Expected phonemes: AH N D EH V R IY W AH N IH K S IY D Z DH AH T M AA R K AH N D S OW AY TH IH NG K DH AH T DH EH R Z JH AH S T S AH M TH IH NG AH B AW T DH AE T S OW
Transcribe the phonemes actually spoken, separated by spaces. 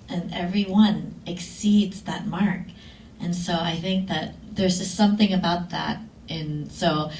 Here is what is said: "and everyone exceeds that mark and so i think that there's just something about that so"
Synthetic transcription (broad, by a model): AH N EH V R IY W AH N IH K S IY D Z DH AH T M AA R K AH N S OW AY TH IH NG K DH AH T DH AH R Z JH AH S T S AH M TH IH NG AH B AW T DH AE T S OW